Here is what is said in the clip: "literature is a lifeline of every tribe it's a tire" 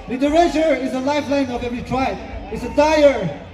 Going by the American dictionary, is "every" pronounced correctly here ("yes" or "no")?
no